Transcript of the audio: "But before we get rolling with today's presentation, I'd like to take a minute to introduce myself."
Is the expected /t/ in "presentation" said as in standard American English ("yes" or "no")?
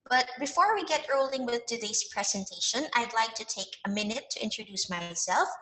yes